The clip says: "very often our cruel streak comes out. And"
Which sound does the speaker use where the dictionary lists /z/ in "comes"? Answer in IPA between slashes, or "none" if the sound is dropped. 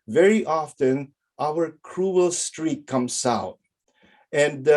/s/